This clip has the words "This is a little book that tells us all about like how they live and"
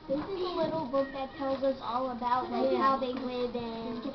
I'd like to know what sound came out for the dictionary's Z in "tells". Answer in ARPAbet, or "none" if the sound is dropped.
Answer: Z